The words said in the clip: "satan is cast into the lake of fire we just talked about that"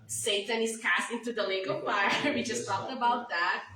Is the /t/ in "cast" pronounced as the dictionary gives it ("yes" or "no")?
yes